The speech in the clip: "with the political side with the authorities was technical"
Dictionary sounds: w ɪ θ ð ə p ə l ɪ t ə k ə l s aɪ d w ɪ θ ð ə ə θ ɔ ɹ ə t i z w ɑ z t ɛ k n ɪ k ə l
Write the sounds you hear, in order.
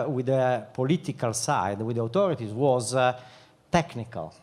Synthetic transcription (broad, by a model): w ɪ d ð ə p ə l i t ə k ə l s aɪ d w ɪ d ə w t ɔ ɹ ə t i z w ɑ z t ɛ k n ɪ k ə l